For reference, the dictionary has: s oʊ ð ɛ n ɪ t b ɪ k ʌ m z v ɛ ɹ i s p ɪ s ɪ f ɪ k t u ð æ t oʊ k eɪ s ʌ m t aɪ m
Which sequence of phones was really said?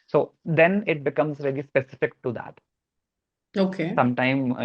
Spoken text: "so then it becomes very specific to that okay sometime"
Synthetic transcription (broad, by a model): s oʊ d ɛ n ɪ t b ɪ k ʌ m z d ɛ l i s p ɪ s ɪ f ɪ k t u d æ t oʊ k eɪ s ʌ m t aɪ m